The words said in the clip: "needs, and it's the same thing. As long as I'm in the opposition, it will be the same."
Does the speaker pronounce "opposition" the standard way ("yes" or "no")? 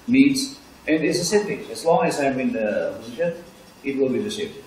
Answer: no